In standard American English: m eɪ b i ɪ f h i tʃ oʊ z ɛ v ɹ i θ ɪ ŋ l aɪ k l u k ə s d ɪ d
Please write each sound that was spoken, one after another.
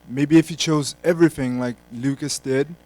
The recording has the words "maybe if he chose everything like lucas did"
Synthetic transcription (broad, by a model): m eɪ b i ɪ f h i tʃ oʊ z ɛ v ɹ i θ ɪ ŋ l aɪ k l u k ə s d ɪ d